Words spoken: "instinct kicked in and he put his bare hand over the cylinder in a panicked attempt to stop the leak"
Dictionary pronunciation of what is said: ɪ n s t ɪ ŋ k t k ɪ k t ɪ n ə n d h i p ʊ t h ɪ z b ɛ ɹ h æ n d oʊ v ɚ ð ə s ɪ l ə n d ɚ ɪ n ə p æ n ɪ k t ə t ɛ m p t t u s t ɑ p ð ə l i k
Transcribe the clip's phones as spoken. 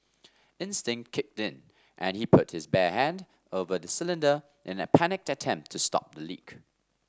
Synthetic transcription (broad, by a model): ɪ n s t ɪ ŋ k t k ɪ k t ɪ n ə n h i p ʊ t h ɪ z b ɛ h æ n d oʊ v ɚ ð ə s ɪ l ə n d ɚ ɪ n ə p æ n ɪ k t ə t ɛ m p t t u s t ɑ p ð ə l i k